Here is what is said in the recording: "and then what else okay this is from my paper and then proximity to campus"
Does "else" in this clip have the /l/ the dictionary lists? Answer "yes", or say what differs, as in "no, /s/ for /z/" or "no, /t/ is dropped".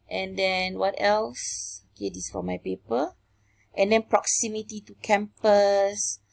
yes